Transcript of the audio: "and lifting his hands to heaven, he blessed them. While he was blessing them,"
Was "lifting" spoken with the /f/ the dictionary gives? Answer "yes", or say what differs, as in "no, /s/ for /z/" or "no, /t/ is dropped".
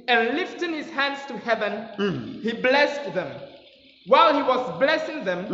yes